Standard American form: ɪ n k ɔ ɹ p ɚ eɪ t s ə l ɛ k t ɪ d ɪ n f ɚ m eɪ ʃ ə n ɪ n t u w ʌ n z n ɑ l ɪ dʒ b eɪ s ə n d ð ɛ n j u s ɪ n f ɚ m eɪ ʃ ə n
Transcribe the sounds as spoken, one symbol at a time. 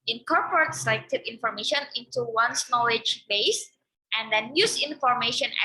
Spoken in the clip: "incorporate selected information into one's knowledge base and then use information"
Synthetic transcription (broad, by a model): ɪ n k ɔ ɹ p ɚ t s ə ɪ t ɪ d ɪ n f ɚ m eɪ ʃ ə n ɪ n t u w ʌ n s n ɑ l ɪ dʒ b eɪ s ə n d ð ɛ n j u s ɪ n f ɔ m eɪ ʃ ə n